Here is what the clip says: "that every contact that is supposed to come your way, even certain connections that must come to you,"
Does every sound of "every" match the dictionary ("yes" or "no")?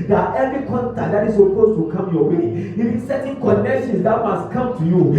no